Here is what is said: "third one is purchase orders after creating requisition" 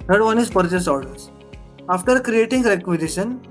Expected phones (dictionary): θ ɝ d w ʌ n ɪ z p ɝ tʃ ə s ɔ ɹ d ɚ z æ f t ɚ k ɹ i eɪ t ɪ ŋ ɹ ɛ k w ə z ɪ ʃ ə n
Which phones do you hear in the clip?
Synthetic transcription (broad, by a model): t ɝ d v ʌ n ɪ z p ɝ tʃ ə s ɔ ɹ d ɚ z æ f t ɚ k ɹ i eɪ t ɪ ŋ ɹ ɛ k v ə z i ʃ ə n